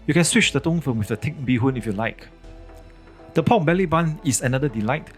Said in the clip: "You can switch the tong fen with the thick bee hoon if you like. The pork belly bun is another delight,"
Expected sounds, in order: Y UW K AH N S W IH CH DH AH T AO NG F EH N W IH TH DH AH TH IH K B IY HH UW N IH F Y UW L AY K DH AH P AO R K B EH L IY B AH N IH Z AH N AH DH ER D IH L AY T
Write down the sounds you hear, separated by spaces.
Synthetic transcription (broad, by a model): Y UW K AH N S W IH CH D AH T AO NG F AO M W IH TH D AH T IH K B IY HH UW N IH F Y UW L AY K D AH P AO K B EH L IY B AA N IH S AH N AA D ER D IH L AY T